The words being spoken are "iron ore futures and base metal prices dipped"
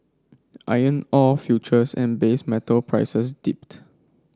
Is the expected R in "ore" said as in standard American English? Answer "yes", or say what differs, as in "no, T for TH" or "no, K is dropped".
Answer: no, L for R